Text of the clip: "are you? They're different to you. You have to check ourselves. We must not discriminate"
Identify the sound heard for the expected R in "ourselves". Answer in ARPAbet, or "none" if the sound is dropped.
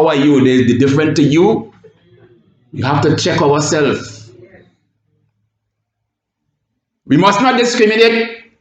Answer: W